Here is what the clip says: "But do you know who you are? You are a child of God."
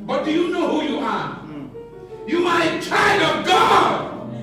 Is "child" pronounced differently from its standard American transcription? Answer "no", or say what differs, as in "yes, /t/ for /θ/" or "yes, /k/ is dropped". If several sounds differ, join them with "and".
yes, /l/ is dropped